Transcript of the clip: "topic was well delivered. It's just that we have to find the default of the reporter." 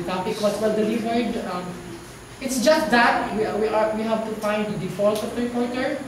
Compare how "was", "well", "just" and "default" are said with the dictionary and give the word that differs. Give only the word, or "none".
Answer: was